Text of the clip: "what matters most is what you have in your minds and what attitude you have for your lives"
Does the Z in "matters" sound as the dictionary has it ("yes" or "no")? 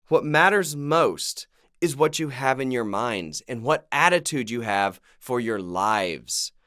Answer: yes